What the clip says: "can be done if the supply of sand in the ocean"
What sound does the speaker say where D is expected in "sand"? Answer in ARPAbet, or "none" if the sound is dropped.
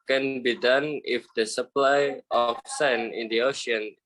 none